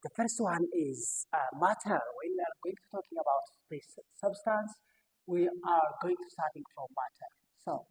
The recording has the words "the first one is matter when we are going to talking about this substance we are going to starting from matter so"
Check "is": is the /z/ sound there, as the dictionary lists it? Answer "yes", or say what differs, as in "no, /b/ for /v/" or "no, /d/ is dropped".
yes